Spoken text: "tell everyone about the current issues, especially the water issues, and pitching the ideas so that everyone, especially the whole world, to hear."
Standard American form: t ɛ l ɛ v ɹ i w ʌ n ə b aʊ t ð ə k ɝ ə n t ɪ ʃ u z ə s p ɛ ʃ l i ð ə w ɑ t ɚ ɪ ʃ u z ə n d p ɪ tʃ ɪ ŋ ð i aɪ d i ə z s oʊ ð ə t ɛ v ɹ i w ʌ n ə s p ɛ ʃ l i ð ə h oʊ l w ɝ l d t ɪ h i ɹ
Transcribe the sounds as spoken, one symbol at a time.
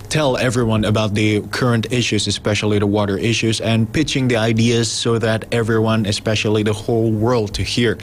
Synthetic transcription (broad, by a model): t ɛ l ɛ v ɹ i w ʌ n ə b aʊ t ð ə k ɝ ə n t ɪ ʃ u z ə s p ɛ ʃ l i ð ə w ɑ t ɚ ɪ ʃ u z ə n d p ɪ tʃ ɪ ŋ ð i aɪ d i ə z s oʊ ð ə t ɛ v ɹ i w ʌ n ə s p ɛ ʃ l i ð ə h oʊ l w ɝ l d t ɪ h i ɹ